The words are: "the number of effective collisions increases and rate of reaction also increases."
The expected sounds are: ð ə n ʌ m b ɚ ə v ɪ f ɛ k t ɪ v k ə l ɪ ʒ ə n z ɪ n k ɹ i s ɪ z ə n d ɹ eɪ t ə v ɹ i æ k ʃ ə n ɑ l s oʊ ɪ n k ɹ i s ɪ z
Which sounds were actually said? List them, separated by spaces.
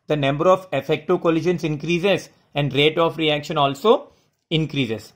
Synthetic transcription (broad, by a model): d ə n ʌ m b ɚ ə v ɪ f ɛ k t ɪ k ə l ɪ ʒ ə n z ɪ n k ɹ i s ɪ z ə n d ɹ eɪ t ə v ɹ i æ k ʃ ə n ɑ l s oʊ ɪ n k ɹ i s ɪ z